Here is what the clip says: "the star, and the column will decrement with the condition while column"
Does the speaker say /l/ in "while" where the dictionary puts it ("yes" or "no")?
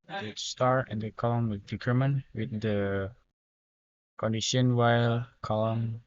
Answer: yes